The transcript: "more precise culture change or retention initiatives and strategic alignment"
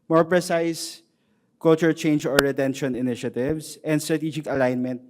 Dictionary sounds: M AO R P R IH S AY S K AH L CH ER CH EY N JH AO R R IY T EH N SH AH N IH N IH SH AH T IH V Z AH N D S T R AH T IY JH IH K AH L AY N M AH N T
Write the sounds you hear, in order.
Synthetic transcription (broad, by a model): M AO R P R IH S AY S K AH L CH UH CH EY N JH AO R R IY T EH N SH AH N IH N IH SH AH T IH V S AH N D S T R AH T IY JH IH K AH L AY N M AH N T